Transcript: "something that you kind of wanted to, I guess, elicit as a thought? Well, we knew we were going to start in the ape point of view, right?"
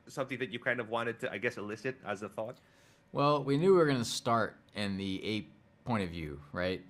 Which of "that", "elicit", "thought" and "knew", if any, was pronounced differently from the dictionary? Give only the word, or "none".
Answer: none